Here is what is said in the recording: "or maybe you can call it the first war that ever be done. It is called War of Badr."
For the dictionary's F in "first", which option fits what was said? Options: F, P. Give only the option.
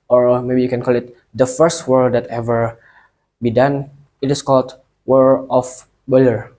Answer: F